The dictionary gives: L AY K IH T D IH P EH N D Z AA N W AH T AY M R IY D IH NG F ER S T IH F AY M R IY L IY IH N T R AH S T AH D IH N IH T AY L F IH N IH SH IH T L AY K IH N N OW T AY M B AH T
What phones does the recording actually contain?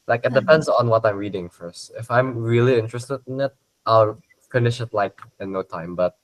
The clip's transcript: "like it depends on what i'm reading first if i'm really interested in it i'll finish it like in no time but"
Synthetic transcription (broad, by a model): L AY K IH T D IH P EH N D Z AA N W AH T AY M R IY D IH NG F ER S T IH F AY M R IY L IY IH N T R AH S T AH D IH N IH T AY L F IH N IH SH IH T L AY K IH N N OW T AY M B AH T